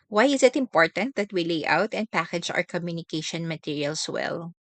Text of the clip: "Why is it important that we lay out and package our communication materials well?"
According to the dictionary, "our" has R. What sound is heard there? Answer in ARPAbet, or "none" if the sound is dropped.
R